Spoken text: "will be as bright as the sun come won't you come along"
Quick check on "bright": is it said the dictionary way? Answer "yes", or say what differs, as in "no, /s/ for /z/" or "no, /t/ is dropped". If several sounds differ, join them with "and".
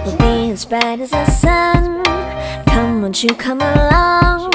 no, /ɹ/ is dropped